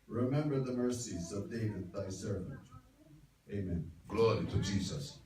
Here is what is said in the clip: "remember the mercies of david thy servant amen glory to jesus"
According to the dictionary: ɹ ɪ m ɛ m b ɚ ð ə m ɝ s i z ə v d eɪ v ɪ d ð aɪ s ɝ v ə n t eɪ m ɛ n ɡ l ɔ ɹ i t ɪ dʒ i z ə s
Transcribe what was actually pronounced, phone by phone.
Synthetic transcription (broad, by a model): ɹ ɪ m ɛ m b ɚ ð ə m ɝ s i z ə v d eɪ v ɪ d ð aɪ s ɝ v ə n t eɪ m ɛ n ɡ l ɔ ɹ i t ɪ dʒ i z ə s